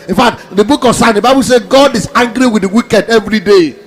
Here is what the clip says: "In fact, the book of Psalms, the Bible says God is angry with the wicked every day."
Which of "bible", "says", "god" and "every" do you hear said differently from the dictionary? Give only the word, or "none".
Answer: says